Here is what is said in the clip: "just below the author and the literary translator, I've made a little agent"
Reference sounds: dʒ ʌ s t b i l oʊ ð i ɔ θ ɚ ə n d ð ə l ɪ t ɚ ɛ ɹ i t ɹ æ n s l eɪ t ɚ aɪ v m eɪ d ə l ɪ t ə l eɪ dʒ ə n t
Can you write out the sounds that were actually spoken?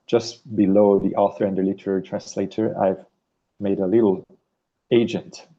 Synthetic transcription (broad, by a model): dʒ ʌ s t b i l oʊ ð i ɔ θ ɚ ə n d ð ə l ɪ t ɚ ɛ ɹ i t ɹ æ n s l eɪ t ɚ aɪ v m eɪ d ə l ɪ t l eɪ dʒ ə n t